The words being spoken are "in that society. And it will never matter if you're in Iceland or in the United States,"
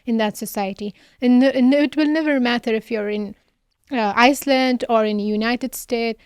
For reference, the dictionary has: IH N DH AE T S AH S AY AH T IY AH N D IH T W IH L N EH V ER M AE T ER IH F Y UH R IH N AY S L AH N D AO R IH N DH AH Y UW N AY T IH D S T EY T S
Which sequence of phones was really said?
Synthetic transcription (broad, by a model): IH N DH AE T S AH S AY AH T IY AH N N IH T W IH L N EH V ER M AE T ER IH F Y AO R IH N AY S L AH N D AO R IH N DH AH Y UW N AY T IH D S T EY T